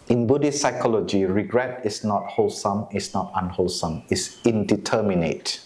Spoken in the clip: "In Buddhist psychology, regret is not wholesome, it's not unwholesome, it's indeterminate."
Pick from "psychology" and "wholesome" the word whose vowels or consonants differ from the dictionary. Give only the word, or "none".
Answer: none